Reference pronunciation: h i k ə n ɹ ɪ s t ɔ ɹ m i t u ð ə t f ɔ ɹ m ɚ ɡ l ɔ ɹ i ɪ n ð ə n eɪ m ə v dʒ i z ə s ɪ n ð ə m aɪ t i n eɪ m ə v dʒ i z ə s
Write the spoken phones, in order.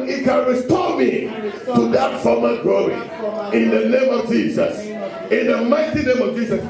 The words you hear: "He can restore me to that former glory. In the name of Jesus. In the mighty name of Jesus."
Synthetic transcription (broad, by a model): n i k ə n ɹ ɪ s t ɔ m i t u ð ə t f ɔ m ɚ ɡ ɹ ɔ i ɪ n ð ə n eɪ m ə v dʒ i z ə s ɪ n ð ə m aɪ t i n eɪ m ə v dʒ i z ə s